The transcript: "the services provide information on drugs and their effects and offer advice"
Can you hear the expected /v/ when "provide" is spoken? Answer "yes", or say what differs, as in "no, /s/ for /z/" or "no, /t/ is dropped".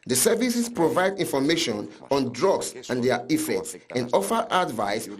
yes